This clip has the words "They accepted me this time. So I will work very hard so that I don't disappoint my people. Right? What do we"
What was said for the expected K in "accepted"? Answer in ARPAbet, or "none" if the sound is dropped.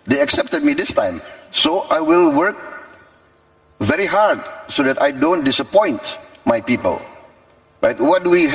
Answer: K